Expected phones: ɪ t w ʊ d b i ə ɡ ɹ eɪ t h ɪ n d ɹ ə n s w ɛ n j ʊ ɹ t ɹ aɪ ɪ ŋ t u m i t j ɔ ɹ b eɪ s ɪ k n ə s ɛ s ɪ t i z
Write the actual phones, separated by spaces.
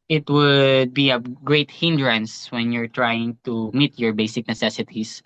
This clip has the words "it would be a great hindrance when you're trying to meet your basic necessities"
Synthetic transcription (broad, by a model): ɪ t w ʊ d b i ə ɡ ɹ eɪ t h ɪ n d ɹ ə n s w ɛ n j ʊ ɹ t ɹ aɪ ɪ ŋ t u m i t j ɔ ɹ b eɪ s ɪ k n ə s ɛ s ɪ t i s